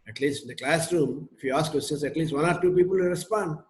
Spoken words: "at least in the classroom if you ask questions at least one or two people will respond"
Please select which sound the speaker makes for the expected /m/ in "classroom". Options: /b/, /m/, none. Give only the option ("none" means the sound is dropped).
/m/